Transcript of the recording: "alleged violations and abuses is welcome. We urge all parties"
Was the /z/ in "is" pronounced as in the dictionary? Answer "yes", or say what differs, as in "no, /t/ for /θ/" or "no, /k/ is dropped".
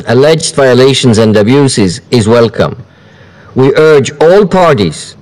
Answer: yes